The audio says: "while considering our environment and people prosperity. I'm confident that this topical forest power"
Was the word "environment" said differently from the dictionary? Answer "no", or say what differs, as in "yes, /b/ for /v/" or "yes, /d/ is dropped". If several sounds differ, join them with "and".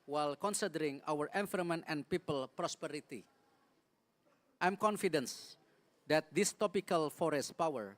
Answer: yes, /f/ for /v/